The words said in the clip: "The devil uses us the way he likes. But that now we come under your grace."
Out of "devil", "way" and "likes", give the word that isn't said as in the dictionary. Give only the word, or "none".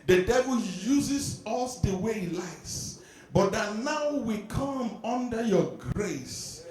likes